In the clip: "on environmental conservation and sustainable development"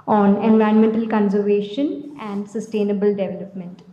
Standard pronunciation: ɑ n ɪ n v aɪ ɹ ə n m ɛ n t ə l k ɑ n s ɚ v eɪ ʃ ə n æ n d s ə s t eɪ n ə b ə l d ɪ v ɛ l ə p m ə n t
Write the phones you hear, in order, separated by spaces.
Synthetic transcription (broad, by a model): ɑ n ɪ n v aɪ ə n m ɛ n t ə l k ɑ n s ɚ v eɪ ʃ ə n æ n d s ə s t eɪ n ə b ə l d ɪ v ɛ l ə p m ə n t